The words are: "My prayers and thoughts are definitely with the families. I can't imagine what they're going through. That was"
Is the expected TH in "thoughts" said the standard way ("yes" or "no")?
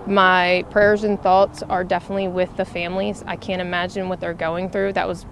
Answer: yes